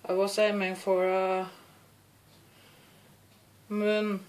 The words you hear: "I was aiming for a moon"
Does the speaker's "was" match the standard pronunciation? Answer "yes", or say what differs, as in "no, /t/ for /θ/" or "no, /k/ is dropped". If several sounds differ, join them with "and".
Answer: no, /s/ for /z/